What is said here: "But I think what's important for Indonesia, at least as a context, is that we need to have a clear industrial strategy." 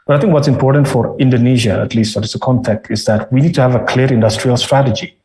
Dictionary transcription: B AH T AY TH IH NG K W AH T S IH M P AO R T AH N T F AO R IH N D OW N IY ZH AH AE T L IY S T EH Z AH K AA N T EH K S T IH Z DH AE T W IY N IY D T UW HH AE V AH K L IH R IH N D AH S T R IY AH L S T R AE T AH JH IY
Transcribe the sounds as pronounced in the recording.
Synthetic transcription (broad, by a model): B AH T AY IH NG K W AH T S IH M P AO R T AH N T F AO R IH N D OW N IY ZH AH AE T L IY S T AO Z AH K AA N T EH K T IH Z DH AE T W IY N IY D T UW HH AE V AH K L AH R IH N D AH S T R IY AH L S T R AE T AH JH IY